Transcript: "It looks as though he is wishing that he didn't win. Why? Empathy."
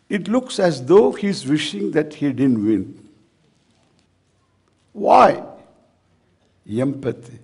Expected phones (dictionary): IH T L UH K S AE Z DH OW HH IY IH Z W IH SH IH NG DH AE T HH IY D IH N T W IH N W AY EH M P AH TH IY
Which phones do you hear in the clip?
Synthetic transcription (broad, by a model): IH T L UH K S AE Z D OW HH IY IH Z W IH SH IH NG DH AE T HH IY D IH N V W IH N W AY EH M P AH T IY